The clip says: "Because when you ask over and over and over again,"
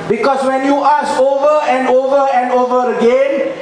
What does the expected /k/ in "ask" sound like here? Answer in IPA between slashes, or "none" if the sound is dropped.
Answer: none